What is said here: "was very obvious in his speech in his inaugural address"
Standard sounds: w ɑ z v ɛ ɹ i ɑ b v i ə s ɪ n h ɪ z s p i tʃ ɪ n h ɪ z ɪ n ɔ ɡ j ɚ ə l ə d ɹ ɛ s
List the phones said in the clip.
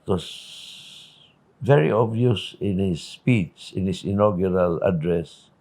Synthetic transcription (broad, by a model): w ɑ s v ɛ ɹ i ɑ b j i s ɪ n h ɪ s p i s ɪ n h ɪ s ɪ n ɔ ɡ j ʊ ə l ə d ɹ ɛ s